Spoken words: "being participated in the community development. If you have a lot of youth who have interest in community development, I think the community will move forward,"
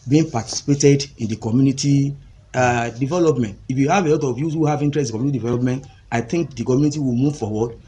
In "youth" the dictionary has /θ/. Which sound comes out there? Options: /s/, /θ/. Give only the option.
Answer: /s/